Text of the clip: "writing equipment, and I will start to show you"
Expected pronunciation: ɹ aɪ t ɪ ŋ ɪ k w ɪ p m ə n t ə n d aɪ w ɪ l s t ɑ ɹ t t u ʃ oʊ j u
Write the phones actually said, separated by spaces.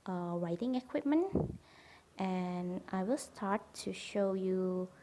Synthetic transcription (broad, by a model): ɹ aɪ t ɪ ŋ ɪ k w ɪ p m ə n t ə n aɪ w ɪ l s t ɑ ɹ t t u ʃ oʊ j u